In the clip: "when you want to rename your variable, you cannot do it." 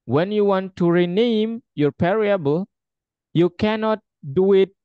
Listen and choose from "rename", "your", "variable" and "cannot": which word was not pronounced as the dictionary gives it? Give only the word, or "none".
variable